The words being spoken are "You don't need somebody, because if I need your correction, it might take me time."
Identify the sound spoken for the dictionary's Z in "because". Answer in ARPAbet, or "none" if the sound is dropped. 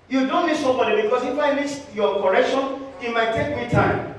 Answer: S